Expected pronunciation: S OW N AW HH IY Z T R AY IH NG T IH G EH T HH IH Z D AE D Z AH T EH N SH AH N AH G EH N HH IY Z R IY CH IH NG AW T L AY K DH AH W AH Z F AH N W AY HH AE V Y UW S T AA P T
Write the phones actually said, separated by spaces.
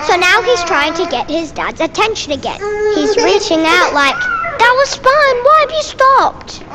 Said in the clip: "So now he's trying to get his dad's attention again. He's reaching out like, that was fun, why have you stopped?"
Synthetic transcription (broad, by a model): S OW N AW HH IY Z T R AY IH NG T IH G EH T HH IH Z D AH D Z AH T EH N SH AH N AH G EH N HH IY Z R IY CH IH NG AW T L AY K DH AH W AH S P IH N W AY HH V Y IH S T AA P T